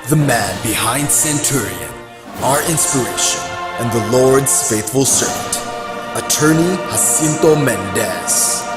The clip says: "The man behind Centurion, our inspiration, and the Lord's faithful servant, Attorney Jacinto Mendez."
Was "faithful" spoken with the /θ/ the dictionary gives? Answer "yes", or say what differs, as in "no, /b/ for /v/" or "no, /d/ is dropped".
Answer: yes